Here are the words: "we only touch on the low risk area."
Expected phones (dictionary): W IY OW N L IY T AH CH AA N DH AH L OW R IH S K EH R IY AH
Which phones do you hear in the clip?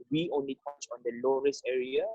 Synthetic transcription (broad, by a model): W IY OW N L IY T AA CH AA N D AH L OW R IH S EH R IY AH